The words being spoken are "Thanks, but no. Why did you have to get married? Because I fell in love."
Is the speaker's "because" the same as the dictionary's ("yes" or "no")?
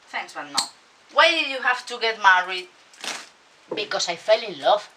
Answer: no